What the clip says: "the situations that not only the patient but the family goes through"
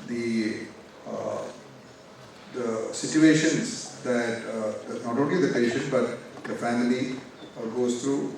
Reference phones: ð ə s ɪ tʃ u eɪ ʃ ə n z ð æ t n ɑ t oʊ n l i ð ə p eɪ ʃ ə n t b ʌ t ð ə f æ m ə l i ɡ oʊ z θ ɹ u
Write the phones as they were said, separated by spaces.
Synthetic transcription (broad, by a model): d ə s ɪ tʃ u eɪ ʃ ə n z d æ t n ɑ t oʊ n l i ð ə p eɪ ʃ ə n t b ʌ t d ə f æ m ə l i ɡ oʊ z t ɹ u